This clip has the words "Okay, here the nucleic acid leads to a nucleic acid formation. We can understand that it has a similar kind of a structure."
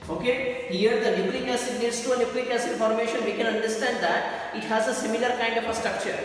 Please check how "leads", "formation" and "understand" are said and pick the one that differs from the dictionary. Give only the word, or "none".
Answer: leads